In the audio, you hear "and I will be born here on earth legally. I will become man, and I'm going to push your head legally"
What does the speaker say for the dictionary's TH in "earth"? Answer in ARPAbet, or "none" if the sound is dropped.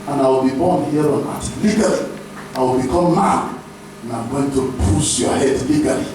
T